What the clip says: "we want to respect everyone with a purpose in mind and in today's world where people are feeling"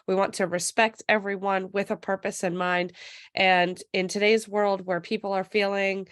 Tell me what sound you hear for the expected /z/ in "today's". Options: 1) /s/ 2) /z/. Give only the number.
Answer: 2